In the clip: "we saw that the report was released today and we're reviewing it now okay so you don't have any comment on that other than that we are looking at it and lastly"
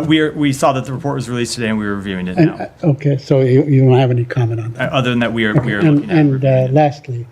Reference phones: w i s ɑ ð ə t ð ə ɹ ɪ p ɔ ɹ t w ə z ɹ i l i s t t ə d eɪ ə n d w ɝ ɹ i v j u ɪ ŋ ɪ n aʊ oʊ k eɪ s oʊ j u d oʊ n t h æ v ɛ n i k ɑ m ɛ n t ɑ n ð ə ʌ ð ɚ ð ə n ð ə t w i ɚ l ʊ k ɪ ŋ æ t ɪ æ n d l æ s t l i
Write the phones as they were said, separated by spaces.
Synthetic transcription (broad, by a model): w i s ɑ ð ə t ð ə ɹ ɪ p ɔ ɹ t w ə z ɹ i l i s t t ə d eɪ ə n w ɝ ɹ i v j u ɪ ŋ ɪ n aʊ oʊ k eɪ s oʊ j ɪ d oʊ n t h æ v ɛ n i k ɑ m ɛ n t n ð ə ʌ ð ɚ ð ə n ð ə t w i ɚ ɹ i ɪ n ɪ n l æ s t l i